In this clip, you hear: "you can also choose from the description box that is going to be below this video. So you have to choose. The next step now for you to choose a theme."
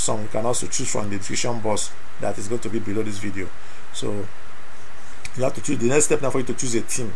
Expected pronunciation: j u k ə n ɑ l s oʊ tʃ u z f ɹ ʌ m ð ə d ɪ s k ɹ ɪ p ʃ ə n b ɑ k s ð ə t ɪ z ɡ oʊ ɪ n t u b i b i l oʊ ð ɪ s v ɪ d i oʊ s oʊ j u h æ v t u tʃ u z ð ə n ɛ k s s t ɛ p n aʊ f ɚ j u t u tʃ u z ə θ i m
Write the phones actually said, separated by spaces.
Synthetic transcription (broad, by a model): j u k ə n ɑ l s oʊ tʃ u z f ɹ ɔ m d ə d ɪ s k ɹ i ʃ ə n b ɑ s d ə t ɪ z ɡ oʊ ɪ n t u b i b i l oʊ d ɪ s v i d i oʊ s oʊ j u h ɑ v t u tʃ u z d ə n ɛ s s t ɛ p n aʊ f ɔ j u t u tʃ u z ə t i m